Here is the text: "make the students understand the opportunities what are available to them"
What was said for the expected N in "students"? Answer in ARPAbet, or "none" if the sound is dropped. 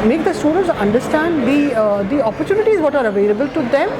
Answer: none